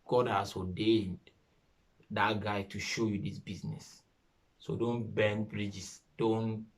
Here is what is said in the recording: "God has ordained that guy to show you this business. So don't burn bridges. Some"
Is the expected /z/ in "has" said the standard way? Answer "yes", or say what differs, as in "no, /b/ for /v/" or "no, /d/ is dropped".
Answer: no, /s/ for /z/